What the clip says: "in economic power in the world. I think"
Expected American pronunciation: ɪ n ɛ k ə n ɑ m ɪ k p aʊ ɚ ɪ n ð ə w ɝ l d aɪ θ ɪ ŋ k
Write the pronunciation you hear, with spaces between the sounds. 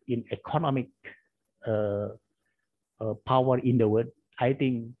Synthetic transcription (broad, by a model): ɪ n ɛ k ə n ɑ m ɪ k p aʊ ɚ ɪ n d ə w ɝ d aɪ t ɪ ŋ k